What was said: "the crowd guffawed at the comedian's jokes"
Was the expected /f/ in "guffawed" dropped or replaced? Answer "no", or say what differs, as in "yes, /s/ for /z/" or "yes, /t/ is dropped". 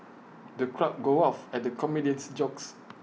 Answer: yes, /f/ is dropped